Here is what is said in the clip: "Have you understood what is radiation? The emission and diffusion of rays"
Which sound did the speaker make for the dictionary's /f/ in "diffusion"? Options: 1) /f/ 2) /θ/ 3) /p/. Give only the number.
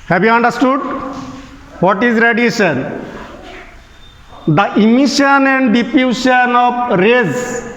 3